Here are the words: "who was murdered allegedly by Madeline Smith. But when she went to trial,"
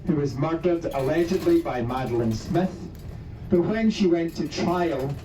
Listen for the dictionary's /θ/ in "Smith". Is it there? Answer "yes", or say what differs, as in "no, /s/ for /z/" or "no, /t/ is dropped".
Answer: yes